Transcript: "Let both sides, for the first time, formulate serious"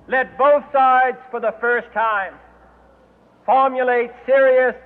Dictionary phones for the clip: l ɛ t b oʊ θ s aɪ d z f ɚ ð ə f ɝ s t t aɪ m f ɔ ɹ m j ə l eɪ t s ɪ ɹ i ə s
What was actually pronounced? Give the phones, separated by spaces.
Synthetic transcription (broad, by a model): l ɛ t b oʊ θ s aɪ d z f ɚ ð ə f ɝ s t t aɪ m f ɔ ɹ m j ə l eɪ t s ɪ ɹ i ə s